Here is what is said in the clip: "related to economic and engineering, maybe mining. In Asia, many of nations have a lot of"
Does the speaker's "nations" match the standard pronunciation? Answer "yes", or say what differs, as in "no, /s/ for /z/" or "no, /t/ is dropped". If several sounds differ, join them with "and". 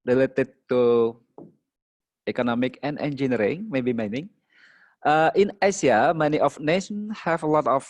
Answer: no, /z/ is dropped